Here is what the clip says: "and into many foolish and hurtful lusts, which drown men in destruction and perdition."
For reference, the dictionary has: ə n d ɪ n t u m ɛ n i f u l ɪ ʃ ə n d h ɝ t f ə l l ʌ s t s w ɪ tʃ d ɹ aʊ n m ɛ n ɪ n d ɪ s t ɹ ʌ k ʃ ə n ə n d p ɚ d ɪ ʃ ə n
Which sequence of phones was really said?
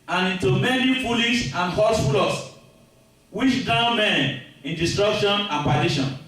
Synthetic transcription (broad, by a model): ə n ɪ n t u m ɛ n i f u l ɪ s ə n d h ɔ s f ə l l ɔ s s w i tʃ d aʊ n m ɛ n ɪ n d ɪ s t ɹ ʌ k ʃ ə n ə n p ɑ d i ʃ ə n